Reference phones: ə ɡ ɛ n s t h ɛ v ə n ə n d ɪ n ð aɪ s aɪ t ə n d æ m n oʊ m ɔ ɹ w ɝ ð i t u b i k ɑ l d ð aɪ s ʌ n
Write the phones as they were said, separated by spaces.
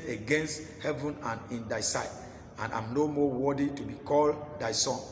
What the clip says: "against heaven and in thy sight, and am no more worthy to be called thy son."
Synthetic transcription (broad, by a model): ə ɡ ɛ n s t h ɛ v ə n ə n ɪ n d aɪ s aɪ t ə n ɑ m n oʊ m ɔ w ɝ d i t u b i k ɑ l d aɪ s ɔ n